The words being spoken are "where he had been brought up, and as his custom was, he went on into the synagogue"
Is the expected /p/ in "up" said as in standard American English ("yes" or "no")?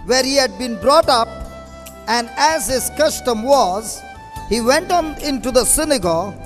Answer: yes